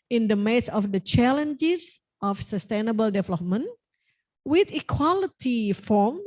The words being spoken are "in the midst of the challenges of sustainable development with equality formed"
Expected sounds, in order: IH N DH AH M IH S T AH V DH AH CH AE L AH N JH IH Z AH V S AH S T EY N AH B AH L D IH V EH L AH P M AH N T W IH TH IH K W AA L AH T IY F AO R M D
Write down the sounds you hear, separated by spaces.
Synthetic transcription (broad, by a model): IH N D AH M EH T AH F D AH CH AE L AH N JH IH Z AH F S AH S T EY N AH B AH L D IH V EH L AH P M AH N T W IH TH IH K W AA L AH T IY F AO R M